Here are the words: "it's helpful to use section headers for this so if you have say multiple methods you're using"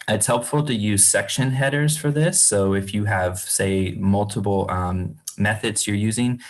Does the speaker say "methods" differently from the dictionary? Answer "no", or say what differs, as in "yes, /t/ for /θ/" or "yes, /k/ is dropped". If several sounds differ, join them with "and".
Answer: no